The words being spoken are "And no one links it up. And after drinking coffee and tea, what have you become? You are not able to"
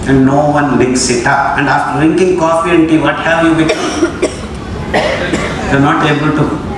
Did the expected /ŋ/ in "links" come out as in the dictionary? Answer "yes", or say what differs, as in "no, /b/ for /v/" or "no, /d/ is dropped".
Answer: no, /ŋ/ is dropped